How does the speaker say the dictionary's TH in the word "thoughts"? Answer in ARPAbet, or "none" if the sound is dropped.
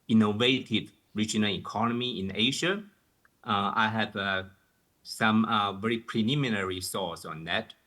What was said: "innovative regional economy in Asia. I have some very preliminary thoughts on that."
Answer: S